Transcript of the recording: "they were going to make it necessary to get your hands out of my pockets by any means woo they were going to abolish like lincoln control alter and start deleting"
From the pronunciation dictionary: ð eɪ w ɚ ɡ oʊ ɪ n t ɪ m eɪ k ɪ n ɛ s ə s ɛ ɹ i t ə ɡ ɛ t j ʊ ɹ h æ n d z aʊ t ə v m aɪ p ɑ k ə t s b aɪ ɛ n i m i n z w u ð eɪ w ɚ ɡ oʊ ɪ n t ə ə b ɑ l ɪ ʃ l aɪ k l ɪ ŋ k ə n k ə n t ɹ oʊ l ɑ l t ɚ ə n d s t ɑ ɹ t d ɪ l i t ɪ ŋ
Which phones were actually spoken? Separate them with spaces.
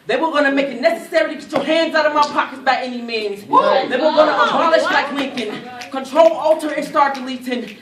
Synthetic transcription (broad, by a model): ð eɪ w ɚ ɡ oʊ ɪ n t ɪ m eɪ k ɪ n ɛ s ə s ɛ ɹ i t ə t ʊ h æ n d z aʊ t ə v m aɪ p ɑ k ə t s b aɪ ɛ n i m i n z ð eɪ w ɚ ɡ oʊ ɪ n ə ə b ɑ l ɪ ʃ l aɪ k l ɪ k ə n k ə n t ɹ oʊ l ɑ l t ɚ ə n s t ɑ ɹ t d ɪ l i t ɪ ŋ